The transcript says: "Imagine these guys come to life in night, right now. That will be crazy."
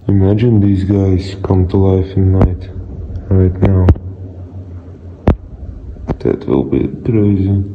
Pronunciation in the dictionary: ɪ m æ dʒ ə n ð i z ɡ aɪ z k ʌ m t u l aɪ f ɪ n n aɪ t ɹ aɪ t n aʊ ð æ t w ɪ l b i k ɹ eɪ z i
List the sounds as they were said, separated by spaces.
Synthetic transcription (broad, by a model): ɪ m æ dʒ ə n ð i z ɡ aɪ s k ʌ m t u l aɪ f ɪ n n aɪ t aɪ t n aʊ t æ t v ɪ l b i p ɹ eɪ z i